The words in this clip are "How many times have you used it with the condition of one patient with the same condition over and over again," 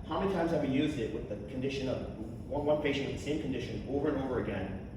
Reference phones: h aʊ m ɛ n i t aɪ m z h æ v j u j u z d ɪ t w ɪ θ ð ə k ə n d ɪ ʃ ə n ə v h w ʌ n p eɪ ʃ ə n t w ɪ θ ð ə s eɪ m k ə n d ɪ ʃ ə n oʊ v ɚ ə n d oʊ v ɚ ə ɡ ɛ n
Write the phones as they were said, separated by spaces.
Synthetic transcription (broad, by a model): h aʊ m ɛ n i t aɪ m z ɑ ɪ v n j u z d ɪ t w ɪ ð ə k n d ɪ ʃ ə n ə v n w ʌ n p eɪ ʃ ə n t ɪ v ð ə s eɪ m k n d ɪ ʃ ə n oʊ v ɚ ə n oʊ v ɚ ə ɡ ɛ n